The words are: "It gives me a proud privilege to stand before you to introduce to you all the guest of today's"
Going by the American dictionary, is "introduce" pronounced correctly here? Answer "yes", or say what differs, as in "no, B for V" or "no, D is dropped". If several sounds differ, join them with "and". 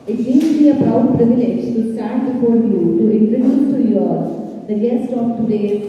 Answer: no, S is dropped